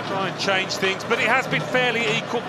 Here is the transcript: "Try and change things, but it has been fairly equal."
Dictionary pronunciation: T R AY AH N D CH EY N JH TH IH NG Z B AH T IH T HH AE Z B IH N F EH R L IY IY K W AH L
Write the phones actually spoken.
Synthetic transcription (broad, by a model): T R AY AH N CH EY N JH TH IH NG Z B AH T IH T HH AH Z B IH N F EH L IY IY K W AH L